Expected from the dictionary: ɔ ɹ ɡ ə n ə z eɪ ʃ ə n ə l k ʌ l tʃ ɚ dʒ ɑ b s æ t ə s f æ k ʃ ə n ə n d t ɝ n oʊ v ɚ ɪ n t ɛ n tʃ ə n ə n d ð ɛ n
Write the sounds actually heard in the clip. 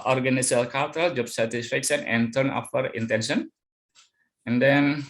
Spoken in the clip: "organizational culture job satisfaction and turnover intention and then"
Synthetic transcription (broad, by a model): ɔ ɹ ɡ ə n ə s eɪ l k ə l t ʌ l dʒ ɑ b s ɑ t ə s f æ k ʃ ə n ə n t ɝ n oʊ f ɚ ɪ n t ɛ n ʃ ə n ə n d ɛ n